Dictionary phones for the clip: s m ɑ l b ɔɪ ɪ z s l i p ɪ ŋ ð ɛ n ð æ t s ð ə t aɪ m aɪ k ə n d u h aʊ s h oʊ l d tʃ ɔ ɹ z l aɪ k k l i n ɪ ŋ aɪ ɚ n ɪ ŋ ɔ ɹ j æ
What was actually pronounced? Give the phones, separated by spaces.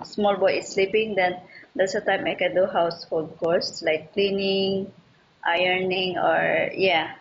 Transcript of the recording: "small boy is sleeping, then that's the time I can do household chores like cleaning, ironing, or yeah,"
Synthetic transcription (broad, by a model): s m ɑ l b ɔɪ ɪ s l i p ɪ ŋ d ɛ n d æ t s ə t aɪ m aɪ k ə n d u h aʊ s h oʊ l d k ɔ ɹ s l aɪ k k l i n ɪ ŋ aɪ ɚ n ɪ ŋ ɔ ɹ j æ